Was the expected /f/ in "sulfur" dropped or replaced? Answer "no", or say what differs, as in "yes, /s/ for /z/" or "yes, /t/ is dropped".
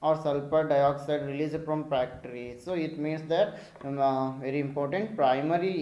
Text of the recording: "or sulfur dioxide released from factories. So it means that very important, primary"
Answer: yes, /p/ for /f/